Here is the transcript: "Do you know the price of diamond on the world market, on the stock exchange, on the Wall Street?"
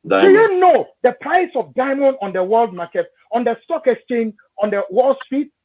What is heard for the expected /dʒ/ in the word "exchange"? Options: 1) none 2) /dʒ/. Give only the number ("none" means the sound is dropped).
1